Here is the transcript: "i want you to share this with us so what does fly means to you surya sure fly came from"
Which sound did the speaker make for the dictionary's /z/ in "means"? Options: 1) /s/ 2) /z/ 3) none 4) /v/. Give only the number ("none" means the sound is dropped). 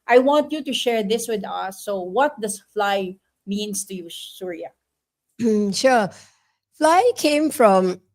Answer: 1